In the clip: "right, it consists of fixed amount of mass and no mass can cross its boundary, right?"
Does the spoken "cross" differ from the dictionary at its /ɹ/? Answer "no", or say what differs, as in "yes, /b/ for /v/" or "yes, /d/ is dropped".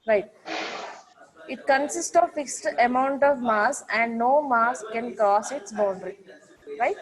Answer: yes, /ɹ/ is dropped